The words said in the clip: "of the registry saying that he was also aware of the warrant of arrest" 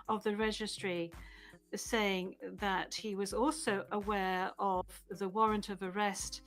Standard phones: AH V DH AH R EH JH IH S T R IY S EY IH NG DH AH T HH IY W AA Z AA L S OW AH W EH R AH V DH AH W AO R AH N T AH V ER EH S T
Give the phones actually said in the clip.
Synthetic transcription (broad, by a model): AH V DH AH R EH JH IH S T R IY S EY IH NG DH AH T HH IY W AA Z AA L S OW AH W EH R AH V DH AH W AO R AH N T AH V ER EH S T